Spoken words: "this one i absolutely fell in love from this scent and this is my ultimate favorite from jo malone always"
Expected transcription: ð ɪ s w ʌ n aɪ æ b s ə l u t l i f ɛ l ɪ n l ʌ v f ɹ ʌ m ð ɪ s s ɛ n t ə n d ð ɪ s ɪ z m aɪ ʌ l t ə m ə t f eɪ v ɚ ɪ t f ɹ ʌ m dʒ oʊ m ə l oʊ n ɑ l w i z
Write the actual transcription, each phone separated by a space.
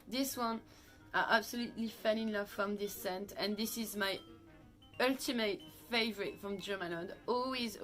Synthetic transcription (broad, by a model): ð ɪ s w ʌ n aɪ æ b s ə l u t l i f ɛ n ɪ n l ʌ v f ɹ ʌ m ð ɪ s s ɛ n t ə n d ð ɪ s ɪ z m aɪ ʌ l t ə m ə t f eɪ v ɚ ɪ t f ɹ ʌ m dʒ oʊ m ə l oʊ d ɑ l w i z